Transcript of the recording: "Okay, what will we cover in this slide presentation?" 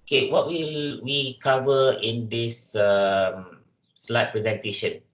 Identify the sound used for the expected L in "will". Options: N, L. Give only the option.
L